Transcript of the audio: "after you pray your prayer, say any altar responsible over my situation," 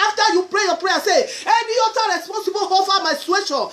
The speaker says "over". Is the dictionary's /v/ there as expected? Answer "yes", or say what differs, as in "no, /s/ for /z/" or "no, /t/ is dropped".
no, /f/ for /v/